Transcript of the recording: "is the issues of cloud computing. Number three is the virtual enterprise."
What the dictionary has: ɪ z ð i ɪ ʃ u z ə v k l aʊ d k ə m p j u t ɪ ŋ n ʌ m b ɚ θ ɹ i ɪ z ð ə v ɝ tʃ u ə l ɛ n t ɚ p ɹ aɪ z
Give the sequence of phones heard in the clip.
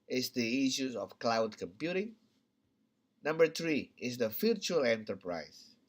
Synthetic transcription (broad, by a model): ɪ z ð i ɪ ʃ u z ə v k l aʊ d k ə m p j u t ɪ ŋ n ʌ m b ɚ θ ɹ i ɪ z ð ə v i tʃ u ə l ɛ n t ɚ p ɹ aɪ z